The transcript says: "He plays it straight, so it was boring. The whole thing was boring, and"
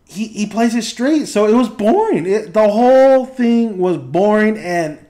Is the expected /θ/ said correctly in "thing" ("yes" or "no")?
yes